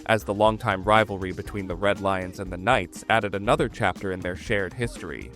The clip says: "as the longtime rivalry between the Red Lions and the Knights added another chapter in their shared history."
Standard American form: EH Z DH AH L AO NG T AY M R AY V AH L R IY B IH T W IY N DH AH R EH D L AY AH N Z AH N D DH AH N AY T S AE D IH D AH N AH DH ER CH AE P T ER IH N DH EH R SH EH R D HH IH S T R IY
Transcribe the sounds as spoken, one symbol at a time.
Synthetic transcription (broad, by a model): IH Z DH AH L AO NG T AY M R AY V L R IY B IH T W IY N DH AH R EH D L AY AH N Z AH N DH AH N AY T S AE D IH D AH N AH DH ER CH AE P T ER IH N DH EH R SH EH R D HH IH S T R IY